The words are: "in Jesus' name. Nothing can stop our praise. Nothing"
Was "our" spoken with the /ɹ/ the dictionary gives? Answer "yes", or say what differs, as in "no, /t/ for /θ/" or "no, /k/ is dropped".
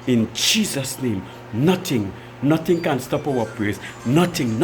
no, /w/ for /ɹ/